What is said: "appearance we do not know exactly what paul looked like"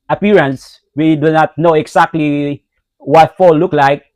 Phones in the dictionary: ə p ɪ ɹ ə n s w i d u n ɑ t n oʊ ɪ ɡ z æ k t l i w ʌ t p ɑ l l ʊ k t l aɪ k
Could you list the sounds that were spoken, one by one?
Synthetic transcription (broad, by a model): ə p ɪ ɹ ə n s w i d u n ɑ t n oʊ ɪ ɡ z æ k t l i w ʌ t f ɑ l l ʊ k l aɪ k